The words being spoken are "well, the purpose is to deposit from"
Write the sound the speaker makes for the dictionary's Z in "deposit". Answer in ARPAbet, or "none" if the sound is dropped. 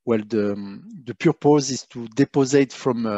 Z